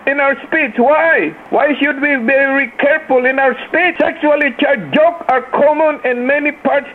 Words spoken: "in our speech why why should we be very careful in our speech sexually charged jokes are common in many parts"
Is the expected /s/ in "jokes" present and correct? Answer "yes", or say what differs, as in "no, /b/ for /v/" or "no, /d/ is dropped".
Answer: no, /s/ is dropped